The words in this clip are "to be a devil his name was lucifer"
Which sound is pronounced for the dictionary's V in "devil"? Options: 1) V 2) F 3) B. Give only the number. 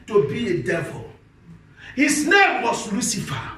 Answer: 1